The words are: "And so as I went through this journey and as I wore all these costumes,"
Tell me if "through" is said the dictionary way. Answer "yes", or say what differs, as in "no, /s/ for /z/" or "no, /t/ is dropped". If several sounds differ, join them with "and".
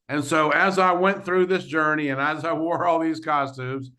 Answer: yes